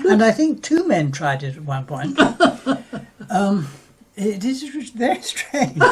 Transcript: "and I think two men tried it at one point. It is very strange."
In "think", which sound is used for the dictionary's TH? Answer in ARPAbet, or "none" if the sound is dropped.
TH